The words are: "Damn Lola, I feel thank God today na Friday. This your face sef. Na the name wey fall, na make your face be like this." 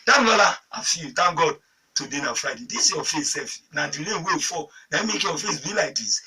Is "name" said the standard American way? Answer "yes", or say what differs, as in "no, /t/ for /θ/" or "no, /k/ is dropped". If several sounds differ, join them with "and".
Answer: no, /l/ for /n/